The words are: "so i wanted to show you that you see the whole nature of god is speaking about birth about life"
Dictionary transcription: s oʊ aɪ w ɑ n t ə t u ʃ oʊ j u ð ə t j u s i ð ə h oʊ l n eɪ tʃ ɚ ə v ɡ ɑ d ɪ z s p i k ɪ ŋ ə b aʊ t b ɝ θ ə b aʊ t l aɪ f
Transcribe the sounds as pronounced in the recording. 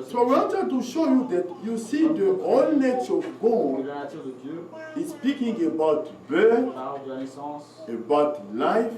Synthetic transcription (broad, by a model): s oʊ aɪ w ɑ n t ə t u ʃ oʊ j u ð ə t j u s i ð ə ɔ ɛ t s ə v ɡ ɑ ɪ s p i k ɪ ŋ ə b aʊ t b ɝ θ ə b aʊ t l aɪ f